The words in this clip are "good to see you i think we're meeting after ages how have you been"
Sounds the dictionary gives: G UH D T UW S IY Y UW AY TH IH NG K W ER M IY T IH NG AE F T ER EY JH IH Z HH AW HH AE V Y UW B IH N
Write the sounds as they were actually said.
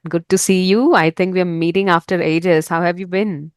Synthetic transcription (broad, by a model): G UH D T UW S IY Y UW AY T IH NG K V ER M IY T IH NG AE F T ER EY JH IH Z HH AW HH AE V Y UW B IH N